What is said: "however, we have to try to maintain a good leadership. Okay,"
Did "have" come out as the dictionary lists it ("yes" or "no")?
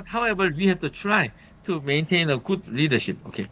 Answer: no